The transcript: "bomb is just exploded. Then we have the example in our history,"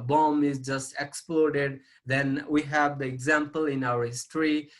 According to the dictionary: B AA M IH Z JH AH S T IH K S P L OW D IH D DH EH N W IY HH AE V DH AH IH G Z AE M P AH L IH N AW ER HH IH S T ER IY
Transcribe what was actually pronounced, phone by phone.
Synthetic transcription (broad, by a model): B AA M IH Z JH AH S T IH K S P L OW D IH D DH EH N W IY HH AE V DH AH IH G Z AE M P AH L IH N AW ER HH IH S T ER IY